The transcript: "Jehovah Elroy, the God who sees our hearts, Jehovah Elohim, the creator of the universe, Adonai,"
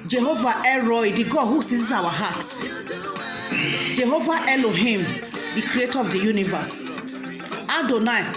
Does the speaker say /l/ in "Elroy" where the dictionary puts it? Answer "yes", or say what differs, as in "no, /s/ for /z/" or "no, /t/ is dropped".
no, /l/ is dropped